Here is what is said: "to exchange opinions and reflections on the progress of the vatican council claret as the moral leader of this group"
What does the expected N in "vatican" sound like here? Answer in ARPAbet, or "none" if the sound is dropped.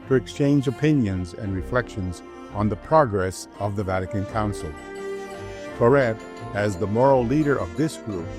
N